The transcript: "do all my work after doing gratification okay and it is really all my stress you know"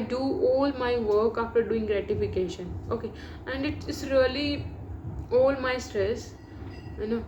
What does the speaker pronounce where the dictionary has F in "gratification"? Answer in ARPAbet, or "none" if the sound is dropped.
F